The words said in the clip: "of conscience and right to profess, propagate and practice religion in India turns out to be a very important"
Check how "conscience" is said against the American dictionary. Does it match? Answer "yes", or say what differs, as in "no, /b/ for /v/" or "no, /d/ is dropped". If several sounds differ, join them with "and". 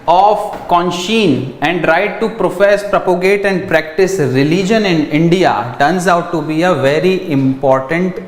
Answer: no, /s/ is dropped